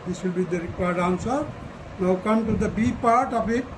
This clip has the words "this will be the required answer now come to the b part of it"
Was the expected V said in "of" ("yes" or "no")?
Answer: no